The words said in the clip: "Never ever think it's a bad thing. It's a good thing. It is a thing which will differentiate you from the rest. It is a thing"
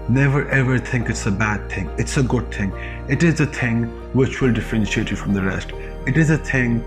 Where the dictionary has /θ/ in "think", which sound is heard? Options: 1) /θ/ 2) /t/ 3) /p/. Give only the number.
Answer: 1